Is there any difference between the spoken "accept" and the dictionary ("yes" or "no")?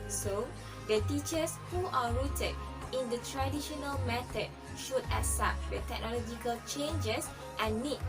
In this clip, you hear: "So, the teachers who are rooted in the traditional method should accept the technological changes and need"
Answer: yes